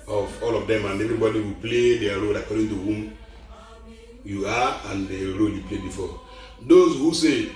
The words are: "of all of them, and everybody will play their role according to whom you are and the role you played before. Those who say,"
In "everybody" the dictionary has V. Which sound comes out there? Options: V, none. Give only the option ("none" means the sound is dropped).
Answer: V